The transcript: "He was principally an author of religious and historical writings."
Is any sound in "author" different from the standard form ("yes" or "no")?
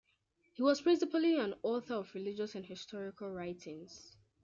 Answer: no